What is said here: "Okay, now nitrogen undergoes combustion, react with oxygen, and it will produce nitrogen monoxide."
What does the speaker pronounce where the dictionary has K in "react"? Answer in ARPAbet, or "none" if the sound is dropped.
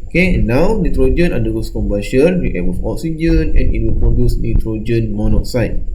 none